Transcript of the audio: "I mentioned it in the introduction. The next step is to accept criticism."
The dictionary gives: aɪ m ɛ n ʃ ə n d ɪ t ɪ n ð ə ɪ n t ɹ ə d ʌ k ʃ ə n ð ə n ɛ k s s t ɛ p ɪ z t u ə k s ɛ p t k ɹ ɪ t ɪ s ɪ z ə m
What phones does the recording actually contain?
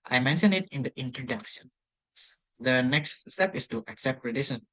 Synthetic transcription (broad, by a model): aɪ m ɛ n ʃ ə n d ɪ t ɪ n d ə ɪ n t ɹ ə d ʌ k ʃ ə n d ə n ɛ k s s t ɛ p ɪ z t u ə k s ɛ p t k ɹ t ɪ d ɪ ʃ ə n